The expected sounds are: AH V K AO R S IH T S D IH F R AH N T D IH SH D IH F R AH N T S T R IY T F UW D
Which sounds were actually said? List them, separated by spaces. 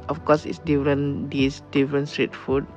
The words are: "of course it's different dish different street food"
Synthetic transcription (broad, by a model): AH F K AO S IH T S D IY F R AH N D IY S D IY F R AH N S T R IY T F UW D